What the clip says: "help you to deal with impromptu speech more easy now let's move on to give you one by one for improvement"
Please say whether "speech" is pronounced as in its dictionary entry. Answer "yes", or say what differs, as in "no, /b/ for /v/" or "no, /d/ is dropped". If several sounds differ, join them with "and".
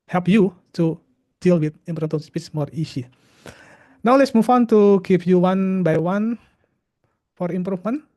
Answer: no, /s/ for /tʃ/